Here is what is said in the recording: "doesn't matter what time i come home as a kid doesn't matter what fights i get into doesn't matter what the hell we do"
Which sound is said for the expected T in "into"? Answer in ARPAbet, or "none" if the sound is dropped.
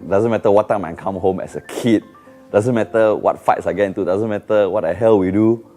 T